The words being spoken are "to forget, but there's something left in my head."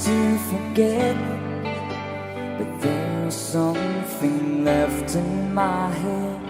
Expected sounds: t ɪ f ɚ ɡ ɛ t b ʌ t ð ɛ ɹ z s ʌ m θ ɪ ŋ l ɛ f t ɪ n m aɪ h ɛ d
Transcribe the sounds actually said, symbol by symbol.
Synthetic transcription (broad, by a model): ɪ f ɚ ɡ ɛ t b ʌ t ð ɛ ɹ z s ʌ m θ ɪ ŋ l ɛ f t ɪ n m aɪ h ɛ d